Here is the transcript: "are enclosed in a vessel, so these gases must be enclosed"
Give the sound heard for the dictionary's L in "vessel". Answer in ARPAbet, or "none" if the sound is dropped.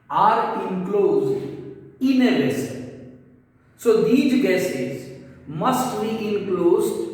N